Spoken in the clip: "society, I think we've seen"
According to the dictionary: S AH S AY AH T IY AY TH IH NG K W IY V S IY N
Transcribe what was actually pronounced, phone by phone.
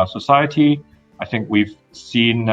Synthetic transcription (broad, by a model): S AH S AY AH T IY AY TH IH NG K W IY V S IY N